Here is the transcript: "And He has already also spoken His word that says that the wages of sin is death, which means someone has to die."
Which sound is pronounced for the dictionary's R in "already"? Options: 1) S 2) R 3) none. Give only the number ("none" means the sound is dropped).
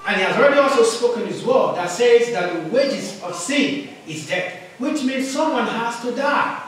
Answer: 2